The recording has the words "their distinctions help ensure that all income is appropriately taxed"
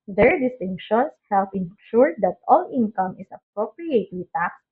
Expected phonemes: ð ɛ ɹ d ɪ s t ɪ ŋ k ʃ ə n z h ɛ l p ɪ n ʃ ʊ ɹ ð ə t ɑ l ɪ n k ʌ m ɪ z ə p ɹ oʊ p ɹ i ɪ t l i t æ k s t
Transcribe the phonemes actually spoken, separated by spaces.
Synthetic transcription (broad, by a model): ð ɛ ɹ d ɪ s t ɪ ŋ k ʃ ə n s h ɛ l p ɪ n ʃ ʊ ɹ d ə t ɑ l ɪ n k ʌ m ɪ s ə p ɹ oʊ p ɹ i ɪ t i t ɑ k s